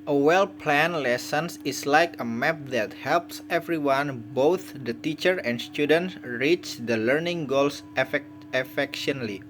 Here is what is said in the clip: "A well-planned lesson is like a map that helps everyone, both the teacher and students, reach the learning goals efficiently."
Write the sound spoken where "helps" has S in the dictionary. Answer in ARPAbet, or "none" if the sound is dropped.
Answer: S